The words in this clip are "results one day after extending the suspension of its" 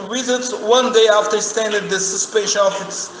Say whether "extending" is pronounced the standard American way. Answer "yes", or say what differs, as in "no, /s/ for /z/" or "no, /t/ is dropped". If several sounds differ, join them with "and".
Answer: no, /k/ is dropped